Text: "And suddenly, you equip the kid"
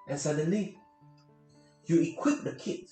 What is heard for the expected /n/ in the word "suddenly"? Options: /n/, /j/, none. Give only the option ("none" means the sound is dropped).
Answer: /n/